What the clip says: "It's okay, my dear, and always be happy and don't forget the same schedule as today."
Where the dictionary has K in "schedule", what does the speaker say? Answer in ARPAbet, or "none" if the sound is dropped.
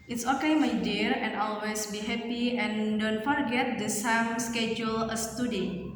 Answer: K